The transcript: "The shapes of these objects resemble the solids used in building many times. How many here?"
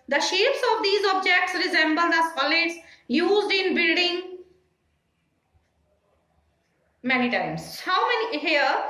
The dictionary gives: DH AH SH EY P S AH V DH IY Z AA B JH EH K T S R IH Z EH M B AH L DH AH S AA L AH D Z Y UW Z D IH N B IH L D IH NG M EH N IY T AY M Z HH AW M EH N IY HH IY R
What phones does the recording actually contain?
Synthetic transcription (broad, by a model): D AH SH EY P S AH V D IY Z AA B JH EH K T S R IH Z EH M B AH L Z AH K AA L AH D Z Y UW Z D IH N B IH L D IH NG M EH N IY T AY M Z HH AW M EH N IY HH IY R